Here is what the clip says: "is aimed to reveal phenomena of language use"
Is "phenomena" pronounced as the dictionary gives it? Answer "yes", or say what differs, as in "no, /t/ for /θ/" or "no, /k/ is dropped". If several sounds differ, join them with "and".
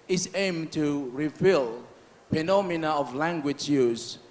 no, /p/ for /f/